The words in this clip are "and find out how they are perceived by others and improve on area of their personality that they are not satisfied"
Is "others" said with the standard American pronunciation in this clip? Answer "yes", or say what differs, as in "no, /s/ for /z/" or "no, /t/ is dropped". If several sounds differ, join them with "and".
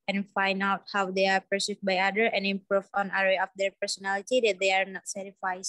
no, /z/ is dropped